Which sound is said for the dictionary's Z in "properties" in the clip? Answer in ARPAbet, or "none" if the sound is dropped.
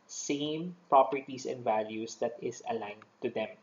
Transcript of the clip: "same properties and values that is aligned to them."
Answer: S